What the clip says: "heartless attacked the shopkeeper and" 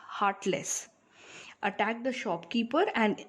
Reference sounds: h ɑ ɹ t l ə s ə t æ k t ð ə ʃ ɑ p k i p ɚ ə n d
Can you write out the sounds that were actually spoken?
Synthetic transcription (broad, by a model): h ɑ ɹ t l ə s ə t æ k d ə ʃ ɑ p k i p ɚ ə n d